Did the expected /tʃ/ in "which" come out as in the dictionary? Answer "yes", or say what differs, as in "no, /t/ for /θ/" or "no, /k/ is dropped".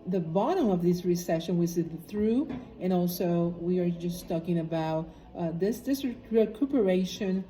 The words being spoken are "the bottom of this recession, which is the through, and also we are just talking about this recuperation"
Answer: no, /s/ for /tʃ/